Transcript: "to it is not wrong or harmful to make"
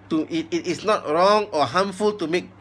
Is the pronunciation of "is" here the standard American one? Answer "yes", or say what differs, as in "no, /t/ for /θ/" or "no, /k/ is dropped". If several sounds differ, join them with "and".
no, /s/ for /z/